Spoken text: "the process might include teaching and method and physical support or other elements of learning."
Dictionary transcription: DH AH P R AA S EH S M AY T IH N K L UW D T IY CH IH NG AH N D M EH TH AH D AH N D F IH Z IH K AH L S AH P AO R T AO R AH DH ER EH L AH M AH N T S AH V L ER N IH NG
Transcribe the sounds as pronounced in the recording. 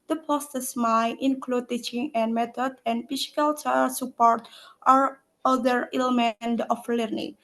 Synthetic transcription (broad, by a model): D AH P AA S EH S M AY T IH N K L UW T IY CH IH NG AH N M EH T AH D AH N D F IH S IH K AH L S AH P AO R T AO R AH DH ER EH L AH M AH N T AH F L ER N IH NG